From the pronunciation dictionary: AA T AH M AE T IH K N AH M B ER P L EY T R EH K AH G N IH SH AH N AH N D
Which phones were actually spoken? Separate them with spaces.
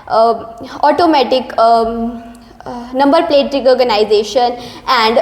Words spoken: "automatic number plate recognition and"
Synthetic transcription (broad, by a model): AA T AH M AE T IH K N AH M B ER P L EY T R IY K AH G N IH SH AH N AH N D